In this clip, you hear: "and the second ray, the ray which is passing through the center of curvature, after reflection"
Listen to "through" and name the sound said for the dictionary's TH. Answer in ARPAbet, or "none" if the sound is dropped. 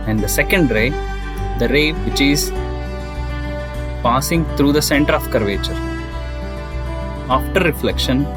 T